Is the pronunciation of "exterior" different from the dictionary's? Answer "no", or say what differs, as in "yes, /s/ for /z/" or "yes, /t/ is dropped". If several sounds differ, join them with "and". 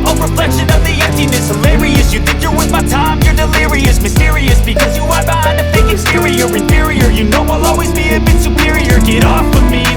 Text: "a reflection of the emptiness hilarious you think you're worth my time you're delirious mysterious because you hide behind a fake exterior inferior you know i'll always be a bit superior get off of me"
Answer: yes, /k/ is dropped